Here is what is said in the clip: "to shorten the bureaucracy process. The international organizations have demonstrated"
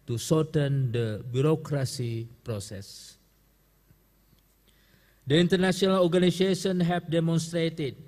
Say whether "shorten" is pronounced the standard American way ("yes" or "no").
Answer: no